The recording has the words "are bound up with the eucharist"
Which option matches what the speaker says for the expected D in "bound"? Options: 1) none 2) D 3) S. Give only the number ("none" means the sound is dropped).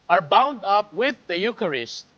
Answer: 2